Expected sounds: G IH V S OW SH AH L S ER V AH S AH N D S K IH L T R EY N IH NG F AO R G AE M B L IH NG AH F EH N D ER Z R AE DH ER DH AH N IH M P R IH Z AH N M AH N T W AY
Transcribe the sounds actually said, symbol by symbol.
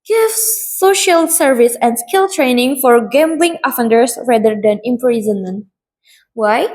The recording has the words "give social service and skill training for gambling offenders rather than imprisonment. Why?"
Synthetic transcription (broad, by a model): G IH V S OW SH AH L S ER V AH S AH N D S K IH L T R EY N IH NG F AO R G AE M B L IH NG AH F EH N D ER S R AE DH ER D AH N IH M P R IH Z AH N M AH N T W AY